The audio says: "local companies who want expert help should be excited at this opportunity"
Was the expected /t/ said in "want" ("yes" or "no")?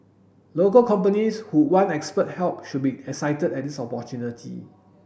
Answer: no